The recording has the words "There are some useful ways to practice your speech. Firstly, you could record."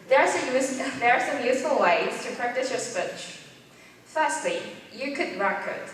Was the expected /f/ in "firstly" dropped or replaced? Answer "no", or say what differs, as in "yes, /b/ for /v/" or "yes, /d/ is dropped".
no